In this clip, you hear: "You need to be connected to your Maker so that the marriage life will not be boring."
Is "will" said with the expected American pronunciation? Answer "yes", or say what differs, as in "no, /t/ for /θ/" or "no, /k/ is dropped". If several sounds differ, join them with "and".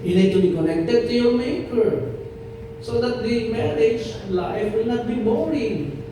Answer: yes